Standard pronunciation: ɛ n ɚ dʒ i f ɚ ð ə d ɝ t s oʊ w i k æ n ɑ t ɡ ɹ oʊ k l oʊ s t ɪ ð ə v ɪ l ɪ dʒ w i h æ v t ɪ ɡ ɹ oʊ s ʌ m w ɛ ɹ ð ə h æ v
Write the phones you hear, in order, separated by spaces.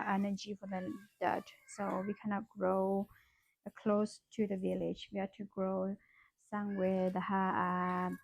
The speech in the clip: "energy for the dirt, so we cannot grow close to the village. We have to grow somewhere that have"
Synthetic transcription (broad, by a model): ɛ n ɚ dʒ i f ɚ ð ə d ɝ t s oʊ w i k æ n ɑ t ɡ ɹ oʊ k l oʊ s t ɪ ð ə v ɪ l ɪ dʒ w i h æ t ɪ ɡ ɹ oʊ s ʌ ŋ w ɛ ð ə h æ